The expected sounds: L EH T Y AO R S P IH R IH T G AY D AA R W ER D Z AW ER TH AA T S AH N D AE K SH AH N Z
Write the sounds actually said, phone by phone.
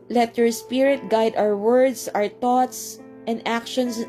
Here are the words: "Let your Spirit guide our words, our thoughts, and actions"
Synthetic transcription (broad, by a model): L EH T Y AO R S P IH R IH T G AY D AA W W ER D S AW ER T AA T S AH N D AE K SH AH N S